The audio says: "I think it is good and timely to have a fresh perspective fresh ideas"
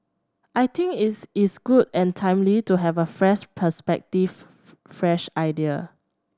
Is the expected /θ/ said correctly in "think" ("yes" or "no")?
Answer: no